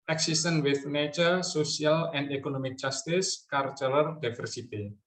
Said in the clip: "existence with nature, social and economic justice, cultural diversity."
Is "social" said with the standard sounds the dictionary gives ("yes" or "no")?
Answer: no